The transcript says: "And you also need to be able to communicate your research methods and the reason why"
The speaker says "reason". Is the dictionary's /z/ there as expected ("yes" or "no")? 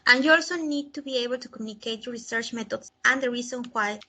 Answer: no